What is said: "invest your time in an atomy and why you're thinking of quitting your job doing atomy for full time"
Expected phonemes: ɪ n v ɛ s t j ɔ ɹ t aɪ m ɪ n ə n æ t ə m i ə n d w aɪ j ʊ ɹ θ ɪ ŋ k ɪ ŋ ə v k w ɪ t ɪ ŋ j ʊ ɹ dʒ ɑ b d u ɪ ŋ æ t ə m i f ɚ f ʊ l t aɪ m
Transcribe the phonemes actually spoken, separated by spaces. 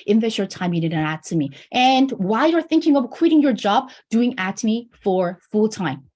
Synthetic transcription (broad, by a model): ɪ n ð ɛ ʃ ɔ ɹ t aɪ m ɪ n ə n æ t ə m i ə n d w aɪ j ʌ ɹ θ ɪ ŋ k ɪ ŋ ə v k w ɪ t ɪ ŋ j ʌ ɹ dʒ ɑ b d u ɪ ŋ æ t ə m i f ɚ f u l t aɪ m